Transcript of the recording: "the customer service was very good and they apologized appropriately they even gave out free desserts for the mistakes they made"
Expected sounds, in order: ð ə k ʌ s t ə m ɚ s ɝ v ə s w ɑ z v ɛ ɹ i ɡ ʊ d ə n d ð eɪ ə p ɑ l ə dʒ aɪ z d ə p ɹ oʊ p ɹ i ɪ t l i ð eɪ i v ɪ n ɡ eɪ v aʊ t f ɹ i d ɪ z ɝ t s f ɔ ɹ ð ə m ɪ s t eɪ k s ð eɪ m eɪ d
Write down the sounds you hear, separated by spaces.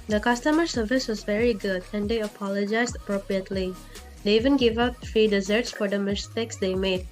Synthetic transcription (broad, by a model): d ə k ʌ s t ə m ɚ s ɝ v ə s w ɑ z v ɛ ɹ i ɡ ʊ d ə n d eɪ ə p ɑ l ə dʒ aɪ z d ə p ɹ oʊ p ɹ i ɪ t l i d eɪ i v ɪ n ɡ eɪ v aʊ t f ɹ i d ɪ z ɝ t s f ɔ ɹ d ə m ɪ s t eɪ k s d eɪ m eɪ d